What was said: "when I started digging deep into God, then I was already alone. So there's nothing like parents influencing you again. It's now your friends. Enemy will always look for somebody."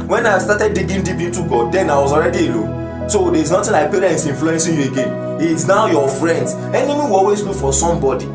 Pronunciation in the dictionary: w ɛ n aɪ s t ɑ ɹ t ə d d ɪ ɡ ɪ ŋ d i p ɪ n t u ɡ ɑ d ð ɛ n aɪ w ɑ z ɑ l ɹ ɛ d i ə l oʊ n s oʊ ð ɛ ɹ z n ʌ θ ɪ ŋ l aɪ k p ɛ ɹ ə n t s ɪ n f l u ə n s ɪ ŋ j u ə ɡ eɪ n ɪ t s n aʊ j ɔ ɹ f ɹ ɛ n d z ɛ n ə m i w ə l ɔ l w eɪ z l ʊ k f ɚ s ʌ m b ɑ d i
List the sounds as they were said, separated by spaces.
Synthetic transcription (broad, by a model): w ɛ n aɪ s t ɑ t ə d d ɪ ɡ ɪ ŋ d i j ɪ t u ɡ ɑ d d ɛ n aɪ w ɑ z ɑ l ɹ ɛ d i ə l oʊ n s oʊ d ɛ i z n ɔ t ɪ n l aɪ k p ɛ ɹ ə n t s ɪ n f l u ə n s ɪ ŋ j u ə ɡ eɪ n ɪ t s n aʊ j ɔ f ɹ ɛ n d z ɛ n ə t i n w ɔ l w eɪ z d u f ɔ s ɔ m b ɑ d i